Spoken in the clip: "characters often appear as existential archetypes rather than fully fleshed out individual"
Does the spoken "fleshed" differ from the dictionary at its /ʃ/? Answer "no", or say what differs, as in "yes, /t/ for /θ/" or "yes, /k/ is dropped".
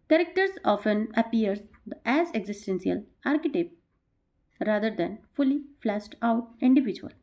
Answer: yes, /s/ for /ʃ/